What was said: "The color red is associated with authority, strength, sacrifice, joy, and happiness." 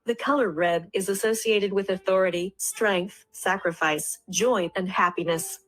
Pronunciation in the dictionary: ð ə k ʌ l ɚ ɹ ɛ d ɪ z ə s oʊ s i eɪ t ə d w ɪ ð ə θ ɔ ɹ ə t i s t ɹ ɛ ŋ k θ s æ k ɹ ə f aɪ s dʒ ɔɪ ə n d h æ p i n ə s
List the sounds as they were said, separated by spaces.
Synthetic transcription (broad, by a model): ð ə k ʌ l ɚ ɹ ɛ d ɪ z ə s oʊ s i eɪ t ə d w ɪ ð ə θ ɔ ɹ ə t i s t ɹ ɛ ŋ k θ s æ k ɹ ə f aɪ s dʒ ɔɪ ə n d h æ p i n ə s